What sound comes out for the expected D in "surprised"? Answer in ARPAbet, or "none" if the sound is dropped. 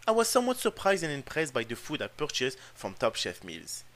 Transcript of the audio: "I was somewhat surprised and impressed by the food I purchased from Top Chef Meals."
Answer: D